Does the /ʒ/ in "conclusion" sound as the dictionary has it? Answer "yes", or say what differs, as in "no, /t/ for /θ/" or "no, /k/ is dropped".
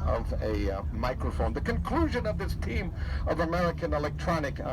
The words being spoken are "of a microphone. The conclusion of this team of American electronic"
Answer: yes